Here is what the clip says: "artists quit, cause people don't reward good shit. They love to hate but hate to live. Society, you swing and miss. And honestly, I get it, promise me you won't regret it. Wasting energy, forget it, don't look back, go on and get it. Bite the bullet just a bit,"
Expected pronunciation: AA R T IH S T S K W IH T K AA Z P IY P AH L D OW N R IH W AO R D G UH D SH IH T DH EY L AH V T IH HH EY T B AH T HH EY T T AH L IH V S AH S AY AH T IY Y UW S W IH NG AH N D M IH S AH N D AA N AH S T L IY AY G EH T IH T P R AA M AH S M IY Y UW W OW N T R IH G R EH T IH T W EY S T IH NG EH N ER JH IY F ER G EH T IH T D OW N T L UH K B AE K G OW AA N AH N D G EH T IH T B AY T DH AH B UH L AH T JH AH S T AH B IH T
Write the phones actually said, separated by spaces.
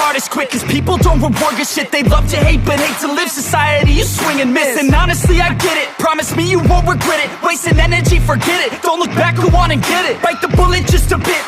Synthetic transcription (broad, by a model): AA R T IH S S K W IH K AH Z P IY P L D OW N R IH W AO R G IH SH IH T DH EY L AH V T IH HH EY T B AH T HH EY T T AH L IH V S AH S AY AH T IY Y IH S W IH NG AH N M IH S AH N AA N AH S T L IY AY G EH T IH T P R AA M AH S M IY Y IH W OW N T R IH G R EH T IH T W EY S T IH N EH N ER JH IY F ER G EH T IH T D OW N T L UH K B AE K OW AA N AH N G EH T IH T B AY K DH AH B UH L AH T JH AH S T AH B IH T